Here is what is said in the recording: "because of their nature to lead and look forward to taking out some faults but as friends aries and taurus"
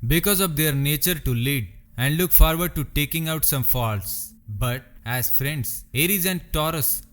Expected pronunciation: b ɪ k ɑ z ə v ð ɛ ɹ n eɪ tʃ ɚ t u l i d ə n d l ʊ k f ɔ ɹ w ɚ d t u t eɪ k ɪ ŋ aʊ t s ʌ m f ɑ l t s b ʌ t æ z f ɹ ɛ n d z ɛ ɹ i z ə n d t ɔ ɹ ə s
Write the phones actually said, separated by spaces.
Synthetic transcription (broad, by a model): b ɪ k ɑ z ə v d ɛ ɹ n eɪ tʃ ɚ t u l i d ə n d l ʊ k f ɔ ɹ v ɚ d t u t eɪ k ɪ ŋ aʊ t s ʌ m f ɑ l t s b ʌ t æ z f ɹ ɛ n d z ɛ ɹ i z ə n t ɔ ɹ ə s